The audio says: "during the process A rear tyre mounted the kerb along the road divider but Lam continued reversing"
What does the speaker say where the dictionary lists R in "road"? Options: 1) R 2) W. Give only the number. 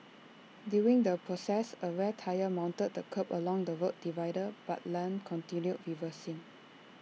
2